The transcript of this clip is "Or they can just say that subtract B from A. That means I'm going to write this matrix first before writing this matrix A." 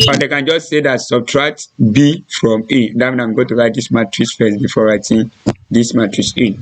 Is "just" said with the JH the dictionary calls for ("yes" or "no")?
yes